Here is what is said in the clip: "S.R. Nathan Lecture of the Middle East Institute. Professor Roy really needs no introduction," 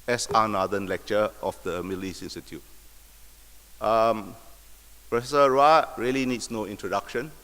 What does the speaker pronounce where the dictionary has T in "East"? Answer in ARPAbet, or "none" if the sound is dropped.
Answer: none